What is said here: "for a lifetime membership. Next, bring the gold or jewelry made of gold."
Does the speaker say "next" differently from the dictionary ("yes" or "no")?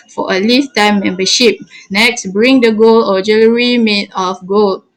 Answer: no